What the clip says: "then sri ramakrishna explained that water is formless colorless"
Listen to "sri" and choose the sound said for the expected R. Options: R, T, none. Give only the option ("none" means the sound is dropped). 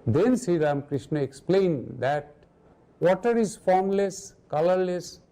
none